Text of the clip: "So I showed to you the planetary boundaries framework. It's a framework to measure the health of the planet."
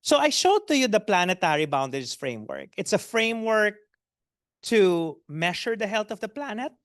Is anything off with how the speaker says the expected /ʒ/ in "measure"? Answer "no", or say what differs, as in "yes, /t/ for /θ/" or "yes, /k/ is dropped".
yes, /ʃ/ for /ʒ/